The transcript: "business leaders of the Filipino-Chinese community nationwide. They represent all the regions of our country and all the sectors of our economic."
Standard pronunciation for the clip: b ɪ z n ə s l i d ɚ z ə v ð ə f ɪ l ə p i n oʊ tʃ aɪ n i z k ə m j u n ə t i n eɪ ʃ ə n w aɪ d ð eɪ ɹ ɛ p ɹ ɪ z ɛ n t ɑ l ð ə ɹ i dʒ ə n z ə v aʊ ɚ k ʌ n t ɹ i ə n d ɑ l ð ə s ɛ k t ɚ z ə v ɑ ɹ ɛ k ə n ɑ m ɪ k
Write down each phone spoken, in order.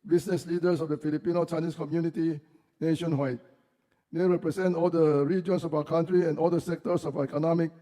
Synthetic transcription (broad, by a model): b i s n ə s l i d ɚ s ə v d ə f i l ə p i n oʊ tʃ aɪ n i s k ə m j u n ə t i n eɪ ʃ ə n w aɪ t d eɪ ɹ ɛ p ɹ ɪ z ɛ n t ɑ l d ə ɹ i dʒ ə n s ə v aʊ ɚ k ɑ n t ɹ i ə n ɑ l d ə s ɛ k t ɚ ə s ɑ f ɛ k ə n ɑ m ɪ k